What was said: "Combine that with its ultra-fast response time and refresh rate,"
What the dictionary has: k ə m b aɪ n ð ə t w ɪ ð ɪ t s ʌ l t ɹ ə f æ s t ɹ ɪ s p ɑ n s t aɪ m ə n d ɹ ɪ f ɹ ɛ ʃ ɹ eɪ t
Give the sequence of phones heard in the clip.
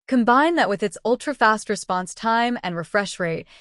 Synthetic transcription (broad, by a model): k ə m b aɪ n ð ə t w ɪ ð ɪ t s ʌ l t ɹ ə f æ s t ɹ ɪ s p ɑ n s t aɪ m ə n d ɹ ɪ f ɹ ɛ ʃ ɹ eɪ t